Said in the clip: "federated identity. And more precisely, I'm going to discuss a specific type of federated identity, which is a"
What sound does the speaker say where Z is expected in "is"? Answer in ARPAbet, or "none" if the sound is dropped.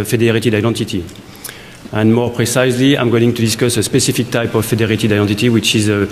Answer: Z